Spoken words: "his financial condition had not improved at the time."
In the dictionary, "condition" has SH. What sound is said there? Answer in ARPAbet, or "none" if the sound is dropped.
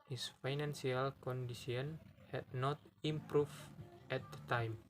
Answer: S